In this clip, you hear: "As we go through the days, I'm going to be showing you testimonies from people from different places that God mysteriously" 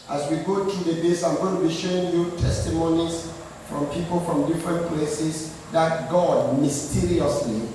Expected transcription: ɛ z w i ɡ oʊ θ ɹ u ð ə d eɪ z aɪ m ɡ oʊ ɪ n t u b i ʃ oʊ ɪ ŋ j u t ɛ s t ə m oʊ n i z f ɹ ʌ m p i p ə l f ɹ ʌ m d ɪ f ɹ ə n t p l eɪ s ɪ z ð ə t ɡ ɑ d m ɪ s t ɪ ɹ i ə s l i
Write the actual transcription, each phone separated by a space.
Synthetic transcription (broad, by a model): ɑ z w i ɡ oʊ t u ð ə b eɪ s aɪ m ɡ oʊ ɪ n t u b i ʃ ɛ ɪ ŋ j u t ɛ s t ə m oʊ n i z f ɹ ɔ m p i p ə l f ɹ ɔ m d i f ɹ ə n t p l eɪ s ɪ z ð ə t ɡ ɑ d m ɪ s t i ɹ i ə s l i